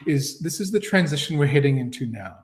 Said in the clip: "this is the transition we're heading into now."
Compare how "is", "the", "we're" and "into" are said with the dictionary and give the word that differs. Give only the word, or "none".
none